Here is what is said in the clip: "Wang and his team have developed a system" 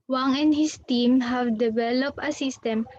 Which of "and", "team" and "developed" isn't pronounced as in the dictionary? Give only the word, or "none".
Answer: developed